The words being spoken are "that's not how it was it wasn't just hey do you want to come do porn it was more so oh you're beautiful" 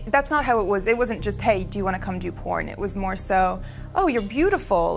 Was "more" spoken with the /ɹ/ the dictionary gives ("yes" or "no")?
yes